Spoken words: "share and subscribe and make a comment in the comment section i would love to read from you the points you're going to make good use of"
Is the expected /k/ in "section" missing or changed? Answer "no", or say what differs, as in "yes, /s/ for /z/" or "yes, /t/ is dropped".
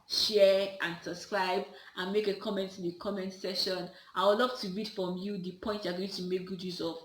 yes, /k/ is dropped